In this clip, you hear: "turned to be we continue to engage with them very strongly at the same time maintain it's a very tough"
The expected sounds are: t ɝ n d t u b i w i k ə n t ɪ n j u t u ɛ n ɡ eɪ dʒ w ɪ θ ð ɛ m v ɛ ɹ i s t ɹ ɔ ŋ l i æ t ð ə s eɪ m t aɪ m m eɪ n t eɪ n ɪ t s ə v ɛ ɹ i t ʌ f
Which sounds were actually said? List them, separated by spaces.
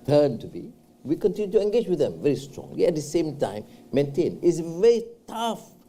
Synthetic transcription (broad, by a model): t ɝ n t u b i w i k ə n t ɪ n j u t u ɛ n ɡ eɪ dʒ w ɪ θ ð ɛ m v ɛ ɹ i s t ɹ ɔ ŋ i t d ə s eɪ m t aɪ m m eɪ n t eɪ n ɪ t s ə v ɛ ɹ i t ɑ f